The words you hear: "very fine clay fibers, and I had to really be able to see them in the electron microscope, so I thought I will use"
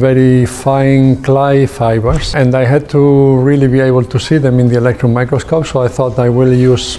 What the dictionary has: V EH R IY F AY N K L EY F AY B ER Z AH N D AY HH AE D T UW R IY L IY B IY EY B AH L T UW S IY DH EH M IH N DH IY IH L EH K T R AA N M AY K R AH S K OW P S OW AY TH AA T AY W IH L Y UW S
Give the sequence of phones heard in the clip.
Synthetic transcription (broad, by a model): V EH R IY F AY N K L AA F AY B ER S AH N D AY HH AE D T UW R IY L IY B IY EY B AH L T UW S IY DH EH M IH N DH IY IH L EH K T R AA N M AY K R AH S K OW P S OW AY TH AA T AY W IH L Y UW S